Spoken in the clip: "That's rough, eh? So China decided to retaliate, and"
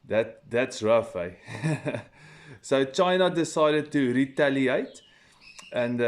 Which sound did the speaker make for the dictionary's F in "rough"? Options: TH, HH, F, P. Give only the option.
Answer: F